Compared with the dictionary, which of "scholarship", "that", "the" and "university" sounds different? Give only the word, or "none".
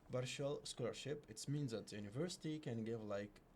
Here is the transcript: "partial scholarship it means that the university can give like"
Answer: none